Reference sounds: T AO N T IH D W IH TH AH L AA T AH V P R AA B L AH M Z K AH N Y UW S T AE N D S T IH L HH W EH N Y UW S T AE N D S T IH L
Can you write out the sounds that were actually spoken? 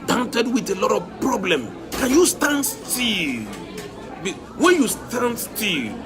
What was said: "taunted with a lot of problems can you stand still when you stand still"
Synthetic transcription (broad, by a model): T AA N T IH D W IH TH AH L AA T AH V P R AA B L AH M K AH N Y UW S T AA N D S T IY L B W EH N Y UW S T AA N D S T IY L